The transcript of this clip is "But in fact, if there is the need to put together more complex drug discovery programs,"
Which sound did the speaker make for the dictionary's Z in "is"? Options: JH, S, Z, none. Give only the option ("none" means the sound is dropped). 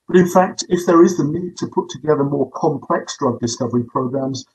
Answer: Z